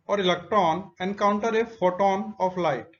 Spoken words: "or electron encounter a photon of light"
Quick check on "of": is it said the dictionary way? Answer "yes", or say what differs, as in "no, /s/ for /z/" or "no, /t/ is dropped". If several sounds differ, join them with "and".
no, /p/ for /v/